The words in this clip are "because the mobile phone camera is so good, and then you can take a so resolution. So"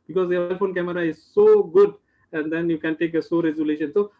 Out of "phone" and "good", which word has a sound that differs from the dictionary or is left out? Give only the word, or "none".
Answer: none